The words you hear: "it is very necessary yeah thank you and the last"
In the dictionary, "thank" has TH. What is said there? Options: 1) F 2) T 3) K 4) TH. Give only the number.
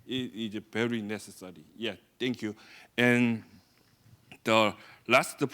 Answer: 2